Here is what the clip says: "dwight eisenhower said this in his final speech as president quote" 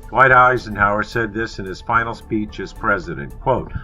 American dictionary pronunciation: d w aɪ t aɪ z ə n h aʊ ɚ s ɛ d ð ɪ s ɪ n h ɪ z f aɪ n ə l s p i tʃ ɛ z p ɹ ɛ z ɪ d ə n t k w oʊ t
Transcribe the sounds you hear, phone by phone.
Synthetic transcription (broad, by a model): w aɪ t aɪ z ə n h aʊ ɚ s ɛ d ð ɪ s ɪ n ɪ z f aɪ n l s p i tʃ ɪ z p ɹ ɛ z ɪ d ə n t k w oʊ t